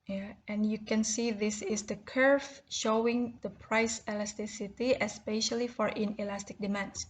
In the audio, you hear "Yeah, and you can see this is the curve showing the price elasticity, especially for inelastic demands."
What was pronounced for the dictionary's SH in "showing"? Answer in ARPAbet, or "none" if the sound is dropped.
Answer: SH